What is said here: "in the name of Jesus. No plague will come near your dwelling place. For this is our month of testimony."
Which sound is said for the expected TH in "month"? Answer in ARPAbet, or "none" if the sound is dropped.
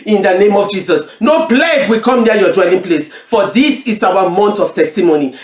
T